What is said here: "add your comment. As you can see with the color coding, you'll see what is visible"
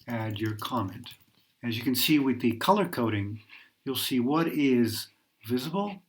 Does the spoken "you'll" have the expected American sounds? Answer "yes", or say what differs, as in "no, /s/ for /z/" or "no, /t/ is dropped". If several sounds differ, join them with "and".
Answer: yes